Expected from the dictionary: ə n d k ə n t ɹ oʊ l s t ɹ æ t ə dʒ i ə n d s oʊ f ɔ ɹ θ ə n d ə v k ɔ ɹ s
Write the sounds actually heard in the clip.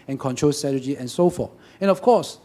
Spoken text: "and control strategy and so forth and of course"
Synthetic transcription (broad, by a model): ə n k ə n t ɹ oʊ l s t ɹ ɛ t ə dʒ i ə n s oʊ f ɔ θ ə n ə f k ɔ s